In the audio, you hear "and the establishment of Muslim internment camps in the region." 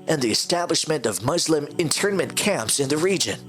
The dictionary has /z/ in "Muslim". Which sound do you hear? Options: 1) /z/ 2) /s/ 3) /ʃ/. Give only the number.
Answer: 1